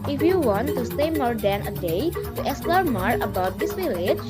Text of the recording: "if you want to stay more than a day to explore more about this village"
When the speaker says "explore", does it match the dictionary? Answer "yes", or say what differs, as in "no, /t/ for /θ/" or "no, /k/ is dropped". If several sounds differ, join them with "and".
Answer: no, /k/ is dropped and /p/ is dropped